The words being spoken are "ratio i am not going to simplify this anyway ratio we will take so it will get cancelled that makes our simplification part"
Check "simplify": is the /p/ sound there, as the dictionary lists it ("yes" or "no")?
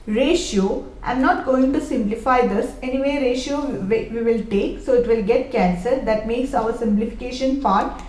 yes